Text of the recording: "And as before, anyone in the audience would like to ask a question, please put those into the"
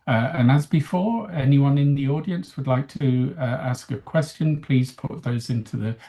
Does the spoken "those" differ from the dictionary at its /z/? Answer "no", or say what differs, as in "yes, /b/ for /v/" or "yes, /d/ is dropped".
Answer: no